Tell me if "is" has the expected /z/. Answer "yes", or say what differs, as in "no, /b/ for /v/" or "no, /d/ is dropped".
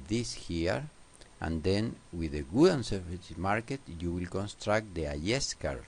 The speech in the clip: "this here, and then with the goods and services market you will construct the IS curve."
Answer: no, /s/ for /z/